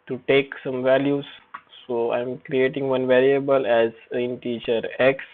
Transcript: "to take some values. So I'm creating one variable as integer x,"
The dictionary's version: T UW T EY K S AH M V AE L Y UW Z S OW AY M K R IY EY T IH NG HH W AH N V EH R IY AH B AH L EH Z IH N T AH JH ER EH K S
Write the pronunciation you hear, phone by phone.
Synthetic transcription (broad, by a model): T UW T EY K S AH M V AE L Y UW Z S OW AY M K R IY EY T IH NG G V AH N V EH R IY AH B AH L EH Z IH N T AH CH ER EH K S